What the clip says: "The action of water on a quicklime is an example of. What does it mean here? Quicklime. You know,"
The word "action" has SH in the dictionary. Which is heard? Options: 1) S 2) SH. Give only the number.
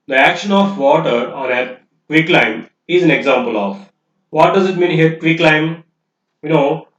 2